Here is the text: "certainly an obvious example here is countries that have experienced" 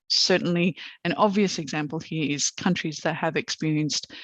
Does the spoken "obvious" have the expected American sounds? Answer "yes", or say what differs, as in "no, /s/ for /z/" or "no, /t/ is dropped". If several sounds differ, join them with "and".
yes